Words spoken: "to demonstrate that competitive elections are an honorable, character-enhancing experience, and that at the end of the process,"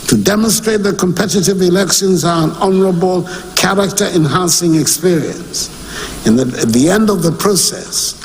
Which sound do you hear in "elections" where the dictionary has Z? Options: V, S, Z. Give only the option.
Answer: Z